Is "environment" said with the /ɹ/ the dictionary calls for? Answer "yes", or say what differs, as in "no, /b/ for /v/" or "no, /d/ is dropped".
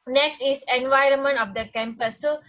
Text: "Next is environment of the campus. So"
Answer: yes